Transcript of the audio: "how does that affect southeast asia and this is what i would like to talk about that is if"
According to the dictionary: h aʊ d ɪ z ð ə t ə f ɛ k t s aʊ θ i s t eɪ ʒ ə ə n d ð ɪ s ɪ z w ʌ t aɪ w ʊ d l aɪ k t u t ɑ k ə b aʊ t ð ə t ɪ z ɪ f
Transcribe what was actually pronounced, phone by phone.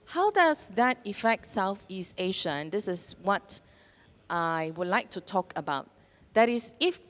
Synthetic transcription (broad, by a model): h aʊ d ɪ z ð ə t ə f ɛ k t s aʊ θ i s t eɪ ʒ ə ə n d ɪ s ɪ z w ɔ t aɪ w ʊ d l aɪ k t u t ɑ k ə b aʊ t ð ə t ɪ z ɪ f